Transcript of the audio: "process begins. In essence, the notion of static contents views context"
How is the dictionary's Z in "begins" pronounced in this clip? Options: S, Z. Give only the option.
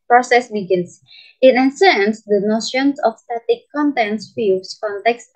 S